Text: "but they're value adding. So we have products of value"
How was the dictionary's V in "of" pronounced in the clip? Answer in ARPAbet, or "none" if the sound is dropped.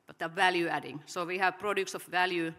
F